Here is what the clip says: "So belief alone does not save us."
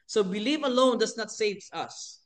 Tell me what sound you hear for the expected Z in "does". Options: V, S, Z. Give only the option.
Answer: S